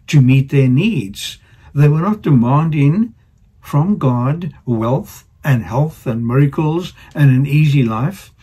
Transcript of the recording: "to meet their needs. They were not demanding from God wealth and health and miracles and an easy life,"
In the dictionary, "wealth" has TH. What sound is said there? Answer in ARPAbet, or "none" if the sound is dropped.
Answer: TH